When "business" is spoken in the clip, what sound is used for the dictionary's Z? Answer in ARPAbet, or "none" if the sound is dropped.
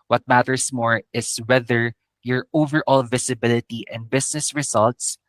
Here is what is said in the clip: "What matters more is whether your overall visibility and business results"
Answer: S